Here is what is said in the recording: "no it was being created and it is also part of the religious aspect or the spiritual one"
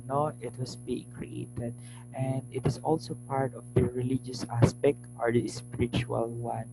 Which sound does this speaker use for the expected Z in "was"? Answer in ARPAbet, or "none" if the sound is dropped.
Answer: S